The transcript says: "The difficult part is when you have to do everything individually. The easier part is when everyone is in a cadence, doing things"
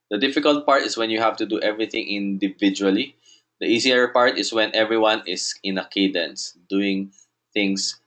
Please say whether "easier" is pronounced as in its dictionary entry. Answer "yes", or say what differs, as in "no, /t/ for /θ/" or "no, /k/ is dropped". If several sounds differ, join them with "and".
no, /s/ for /z/